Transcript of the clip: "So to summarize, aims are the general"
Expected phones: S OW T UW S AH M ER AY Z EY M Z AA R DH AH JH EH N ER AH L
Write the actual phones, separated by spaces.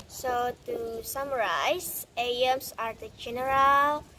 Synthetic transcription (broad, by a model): S OW T UW S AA M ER AY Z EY M S AA R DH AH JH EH N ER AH L